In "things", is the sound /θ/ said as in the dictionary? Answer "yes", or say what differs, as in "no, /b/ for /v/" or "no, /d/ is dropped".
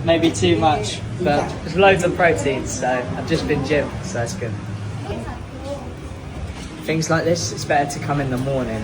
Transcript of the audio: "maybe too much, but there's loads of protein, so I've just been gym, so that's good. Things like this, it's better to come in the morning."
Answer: yes